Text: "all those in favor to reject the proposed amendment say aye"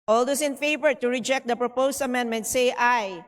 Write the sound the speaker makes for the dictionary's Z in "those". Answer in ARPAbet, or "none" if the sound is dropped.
S